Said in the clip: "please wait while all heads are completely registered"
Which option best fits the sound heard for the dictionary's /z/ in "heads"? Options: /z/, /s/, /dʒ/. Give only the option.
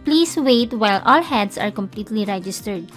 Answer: /s/